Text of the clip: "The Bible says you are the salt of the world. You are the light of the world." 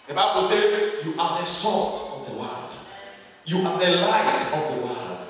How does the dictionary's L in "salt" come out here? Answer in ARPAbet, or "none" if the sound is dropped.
none